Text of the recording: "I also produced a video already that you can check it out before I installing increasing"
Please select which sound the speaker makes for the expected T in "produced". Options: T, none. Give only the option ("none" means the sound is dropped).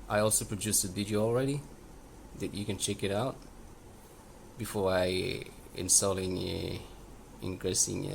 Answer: none